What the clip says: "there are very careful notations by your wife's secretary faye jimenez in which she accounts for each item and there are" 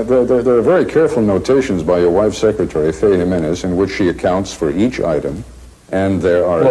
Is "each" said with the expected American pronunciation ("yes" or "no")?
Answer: yes